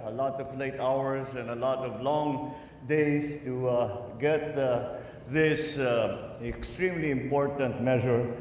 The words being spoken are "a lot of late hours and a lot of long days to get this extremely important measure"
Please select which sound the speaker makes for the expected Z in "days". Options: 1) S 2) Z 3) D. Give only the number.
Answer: 1